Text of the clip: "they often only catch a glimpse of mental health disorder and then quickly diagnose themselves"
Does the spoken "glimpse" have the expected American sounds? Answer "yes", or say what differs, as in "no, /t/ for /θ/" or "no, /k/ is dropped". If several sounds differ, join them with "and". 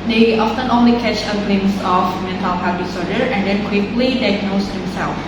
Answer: no, /p/ is dropped